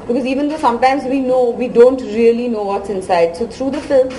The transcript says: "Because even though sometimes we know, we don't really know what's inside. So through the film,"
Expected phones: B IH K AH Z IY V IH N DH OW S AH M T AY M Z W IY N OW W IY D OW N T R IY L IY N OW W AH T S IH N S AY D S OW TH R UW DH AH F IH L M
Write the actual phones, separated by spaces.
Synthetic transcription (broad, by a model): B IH K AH Z IY V IH N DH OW S AH M T AY M Z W IY N OW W IY D OW N T R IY L IY N OW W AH T S IH N S AY D S OW T R UW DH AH F IH L M